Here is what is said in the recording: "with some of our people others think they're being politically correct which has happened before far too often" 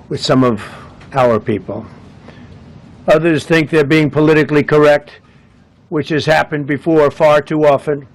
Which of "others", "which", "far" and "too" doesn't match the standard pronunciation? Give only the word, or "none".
none